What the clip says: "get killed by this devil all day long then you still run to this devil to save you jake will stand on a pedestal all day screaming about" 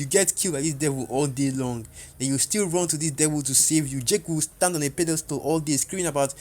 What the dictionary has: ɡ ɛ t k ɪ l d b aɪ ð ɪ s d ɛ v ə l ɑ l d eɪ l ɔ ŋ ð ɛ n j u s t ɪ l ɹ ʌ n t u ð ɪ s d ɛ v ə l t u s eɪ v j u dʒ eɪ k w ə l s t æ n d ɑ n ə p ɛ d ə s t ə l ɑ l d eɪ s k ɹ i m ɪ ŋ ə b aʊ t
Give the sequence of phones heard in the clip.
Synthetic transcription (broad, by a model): ɡ ɛ t k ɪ l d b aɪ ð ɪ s d ɛ v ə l ɑ l d eɪ l ɔ ŋ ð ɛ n j u s t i l ɹ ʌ n t u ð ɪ s d ɛ v ə l t u s eɪ v j u dʒ eɪ k w ə l s t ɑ n d ɑ n ə p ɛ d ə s t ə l ɑ l d eɪ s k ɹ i ɪ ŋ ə b aʊ t